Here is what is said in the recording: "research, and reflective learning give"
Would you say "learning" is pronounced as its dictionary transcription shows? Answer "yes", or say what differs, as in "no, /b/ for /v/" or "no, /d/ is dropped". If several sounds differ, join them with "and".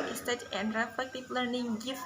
yes